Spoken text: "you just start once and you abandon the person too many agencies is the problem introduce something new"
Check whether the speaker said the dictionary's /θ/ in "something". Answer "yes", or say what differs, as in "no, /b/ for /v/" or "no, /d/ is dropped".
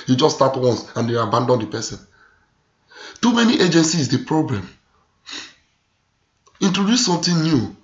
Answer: no, /t/ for /θ/